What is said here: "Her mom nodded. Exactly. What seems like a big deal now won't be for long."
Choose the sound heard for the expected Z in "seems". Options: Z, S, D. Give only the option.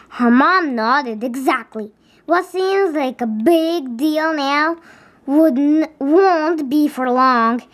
Z